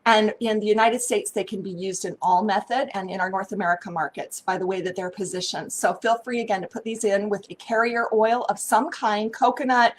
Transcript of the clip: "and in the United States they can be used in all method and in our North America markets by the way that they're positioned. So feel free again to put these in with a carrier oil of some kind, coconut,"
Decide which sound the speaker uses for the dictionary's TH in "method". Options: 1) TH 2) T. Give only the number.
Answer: 1